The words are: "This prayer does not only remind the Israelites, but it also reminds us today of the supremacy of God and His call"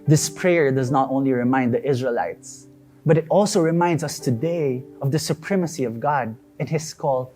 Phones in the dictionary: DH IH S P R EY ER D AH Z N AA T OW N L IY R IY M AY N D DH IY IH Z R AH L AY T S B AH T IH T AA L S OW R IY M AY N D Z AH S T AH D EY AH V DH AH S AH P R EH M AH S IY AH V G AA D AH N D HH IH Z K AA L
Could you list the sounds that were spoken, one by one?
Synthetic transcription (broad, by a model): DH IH S P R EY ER D AH Z N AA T OW N L IY R IY M AY N D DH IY IH Z R AH L AY T S B AH T IH T AA L S OW R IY M AY N D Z AH S T AH D EY AH V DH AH S AH P R EH M AH S IY AH V G AA D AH N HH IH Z K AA L